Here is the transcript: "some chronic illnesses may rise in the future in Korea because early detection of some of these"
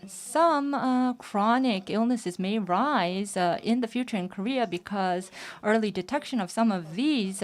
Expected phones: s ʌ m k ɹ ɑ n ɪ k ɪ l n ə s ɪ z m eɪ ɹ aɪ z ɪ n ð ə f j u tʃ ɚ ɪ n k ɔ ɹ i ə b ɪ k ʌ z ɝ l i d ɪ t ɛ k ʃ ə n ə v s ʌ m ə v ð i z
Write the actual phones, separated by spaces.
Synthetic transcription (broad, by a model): s ʌ m k ɹ ɑ n ɪ k ɪ l n ə s ɪ z m eɪ ɹ aɪ z ɪ n ð ə f j u tʃ ɚ ɪ n k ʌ ɹ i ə b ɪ k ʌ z ɝ l i d ɪ t ɛ k ʃ ə n ə v s ʌ m ə v ð i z